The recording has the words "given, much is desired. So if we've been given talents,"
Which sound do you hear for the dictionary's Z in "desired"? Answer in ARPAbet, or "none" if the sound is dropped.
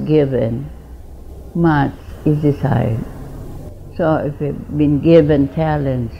S